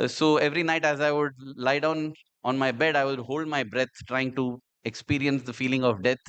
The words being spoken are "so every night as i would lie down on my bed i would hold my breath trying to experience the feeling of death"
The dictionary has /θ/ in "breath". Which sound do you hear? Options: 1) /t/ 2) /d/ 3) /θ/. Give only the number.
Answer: 1